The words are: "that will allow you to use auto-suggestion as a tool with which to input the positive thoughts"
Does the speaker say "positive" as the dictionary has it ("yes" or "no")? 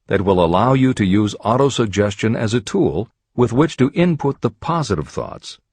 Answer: yes